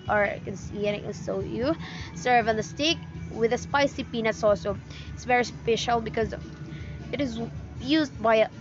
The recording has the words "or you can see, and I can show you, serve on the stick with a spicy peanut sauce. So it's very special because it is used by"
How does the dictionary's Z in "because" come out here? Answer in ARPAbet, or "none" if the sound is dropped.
Z